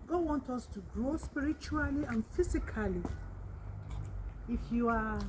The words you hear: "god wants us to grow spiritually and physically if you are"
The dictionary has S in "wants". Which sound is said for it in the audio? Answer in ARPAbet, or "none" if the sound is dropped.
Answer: none